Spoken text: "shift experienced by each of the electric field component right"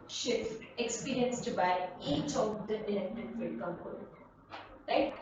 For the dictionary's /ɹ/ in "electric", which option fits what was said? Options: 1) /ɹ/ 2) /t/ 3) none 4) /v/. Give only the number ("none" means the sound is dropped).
3